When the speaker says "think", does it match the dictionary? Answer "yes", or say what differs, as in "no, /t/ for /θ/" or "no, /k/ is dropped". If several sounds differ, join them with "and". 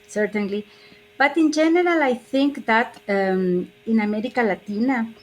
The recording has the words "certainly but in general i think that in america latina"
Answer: yes